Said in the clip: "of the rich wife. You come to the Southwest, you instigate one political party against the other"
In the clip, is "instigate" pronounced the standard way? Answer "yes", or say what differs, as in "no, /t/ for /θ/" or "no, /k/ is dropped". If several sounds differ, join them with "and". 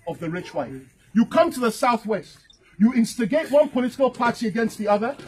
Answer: yes